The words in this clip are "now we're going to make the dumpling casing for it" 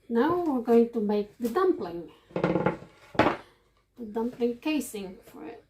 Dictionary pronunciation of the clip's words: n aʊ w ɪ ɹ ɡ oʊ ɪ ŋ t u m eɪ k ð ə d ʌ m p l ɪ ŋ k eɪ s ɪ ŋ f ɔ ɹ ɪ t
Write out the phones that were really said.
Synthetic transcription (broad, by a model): n aʊ w ɪ ɹ ɡ oʊ ɪ ŋ t u m eɪ k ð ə d ʌ m p l ɪ ŋ k eɪ s ɪ ŋ f ɔ ɹ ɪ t